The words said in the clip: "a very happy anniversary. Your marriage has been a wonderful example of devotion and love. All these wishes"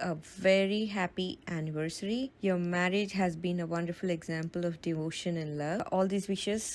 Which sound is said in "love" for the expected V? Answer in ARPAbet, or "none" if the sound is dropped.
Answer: none